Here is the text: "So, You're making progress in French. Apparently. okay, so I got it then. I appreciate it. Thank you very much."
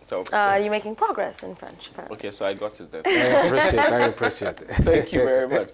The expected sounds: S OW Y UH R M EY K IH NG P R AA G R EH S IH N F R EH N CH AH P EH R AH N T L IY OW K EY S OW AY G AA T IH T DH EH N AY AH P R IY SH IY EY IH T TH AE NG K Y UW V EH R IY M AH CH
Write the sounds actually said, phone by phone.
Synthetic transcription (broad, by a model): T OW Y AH M EY K IH NG P R AA G R EH S IH N F R EH N CH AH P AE R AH OW K EY S OW AY G AA T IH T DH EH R AY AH P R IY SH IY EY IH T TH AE K Y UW V EH R IY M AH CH